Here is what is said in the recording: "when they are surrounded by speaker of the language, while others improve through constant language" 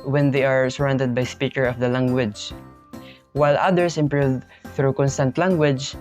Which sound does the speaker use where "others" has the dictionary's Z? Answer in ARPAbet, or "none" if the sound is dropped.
S